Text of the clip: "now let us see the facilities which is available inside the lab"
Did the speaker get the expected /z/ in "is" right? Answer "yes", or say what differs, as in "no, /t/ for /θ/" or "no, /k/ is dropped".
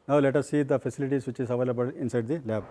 no, /s/ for /z/